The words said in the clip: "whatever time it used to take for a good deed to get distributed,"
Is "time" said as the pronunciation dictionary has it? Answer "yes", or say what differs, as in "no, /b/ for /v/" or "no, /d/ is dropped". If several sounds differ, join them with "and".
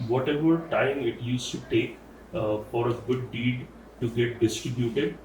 yes